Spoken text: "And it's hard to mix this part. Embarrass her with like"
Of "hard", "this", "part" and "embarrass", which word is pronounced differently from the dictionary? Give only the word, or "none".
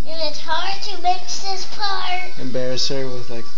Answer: part